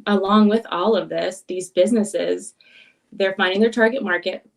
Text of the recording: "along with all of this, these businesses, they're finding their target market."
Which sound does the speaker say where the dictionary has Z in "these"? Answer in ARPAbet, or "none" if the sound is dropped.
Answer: Z